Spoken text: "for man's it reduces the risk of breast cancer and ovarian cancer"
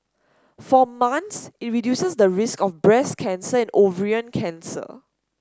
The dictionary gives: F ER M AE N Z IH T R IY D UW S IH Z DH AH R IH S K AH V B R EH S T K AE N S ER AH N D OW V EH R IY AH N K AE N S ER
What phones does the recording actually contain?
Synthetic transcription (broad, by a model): F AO M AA N S IH T R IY D UW S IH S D AH R IH S K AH F B R EH S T K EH N S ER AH N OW V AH R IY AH N K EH N S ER